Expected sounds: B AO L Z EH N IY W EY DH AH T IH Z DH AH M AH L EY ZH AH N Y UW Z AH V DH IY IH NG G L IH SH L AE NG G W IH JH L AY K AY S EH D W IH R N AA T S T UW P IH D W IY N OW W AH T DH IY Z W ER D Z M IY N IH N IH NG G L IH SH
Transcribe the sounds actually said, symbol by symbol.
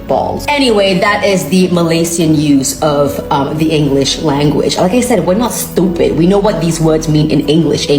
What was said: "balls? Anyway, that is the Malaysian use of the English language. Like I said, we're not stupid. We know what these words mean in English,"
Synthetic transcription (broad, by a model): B AO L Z EH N IY W EY DH AH T IH Z DH AH M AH L EY S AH N Y UW Z AH V DH IY IH NG G L IH SH L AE NG G W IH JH L AY K AY S EH D W IH R N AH T S T UW P IH D W IY N OW W AH T DH IY Z W ER D Z M IY N IH N IH NG G L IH SH